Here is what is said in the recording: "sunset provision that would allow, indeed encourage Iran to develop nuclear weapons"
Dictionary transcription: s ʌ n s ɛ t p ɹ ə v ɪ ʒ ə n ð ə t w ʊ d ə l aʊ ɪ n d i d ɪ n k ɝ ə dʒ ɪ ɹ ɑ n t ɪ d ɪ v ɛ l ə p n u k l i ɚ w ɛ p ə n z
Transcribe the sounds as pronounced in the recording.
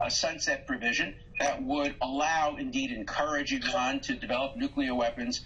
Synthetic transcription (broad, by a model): s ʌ n s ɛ t p ɹ ə v ɪ ʒ ə n ð ə t w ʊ d ə l aʊ ɪ n d i d ɪ n k ɝ ə dʒ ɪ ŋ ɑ n t ɪ d ɪ v ɛ l ə p n u k l i ɚ w ɛ p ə n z